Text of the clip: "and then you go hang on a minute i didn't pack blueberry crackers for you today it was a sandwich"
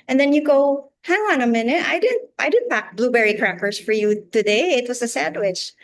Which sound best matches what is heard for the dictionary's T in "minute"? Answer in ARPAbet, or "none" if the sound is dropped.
T